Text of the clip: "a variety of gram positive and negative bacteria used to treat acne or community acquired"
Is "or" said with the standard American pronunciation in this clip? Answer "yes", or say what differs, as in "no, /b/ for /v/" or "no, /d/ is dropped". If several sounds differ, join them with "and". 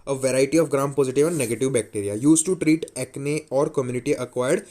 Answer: yes